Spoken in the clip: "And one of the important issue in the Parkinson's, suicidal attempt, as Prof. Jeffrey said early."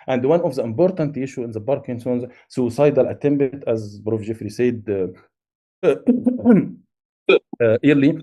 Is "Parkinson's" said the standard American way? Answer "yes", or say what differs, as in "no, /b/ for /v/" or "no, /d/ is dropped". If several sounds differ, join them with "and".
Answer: no, /b/ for /p/